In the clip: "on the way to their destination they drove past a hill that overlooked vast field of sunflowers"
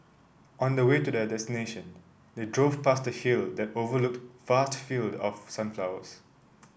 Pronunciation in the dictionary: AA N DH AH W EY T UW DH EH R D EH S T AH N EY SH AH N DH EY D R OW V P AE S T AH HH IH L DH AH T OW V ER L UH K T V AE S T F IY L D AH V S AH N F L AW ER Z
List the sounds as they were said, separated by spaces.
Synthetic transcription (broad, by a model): AA N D AH W EY T UW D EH D EH S T AH N EY SH AH N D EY D R OW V P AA S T AH HH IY L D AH T OW V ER L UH K T F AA S T F IY L D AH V S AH N F L AW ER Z